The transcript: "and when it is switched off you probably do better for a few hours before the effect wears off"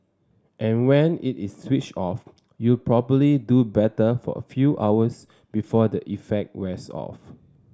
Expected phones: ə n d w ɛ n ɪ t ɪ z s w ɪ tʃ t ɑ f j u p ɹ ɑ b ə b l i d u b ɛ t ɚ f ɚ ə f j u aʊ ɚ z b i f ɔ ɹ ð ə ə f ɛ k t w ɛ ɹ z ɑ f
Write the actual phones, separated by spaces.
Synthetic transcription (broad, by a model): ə n w ɛ n ɪ t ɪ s w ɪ tʃ ɑ f j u p ɹ ɑ b ə b l i d u b ɛ t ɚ f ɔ ə f j u aʊ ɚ s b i f ɔ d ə ə f ɛ k t w ɛ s ɑ f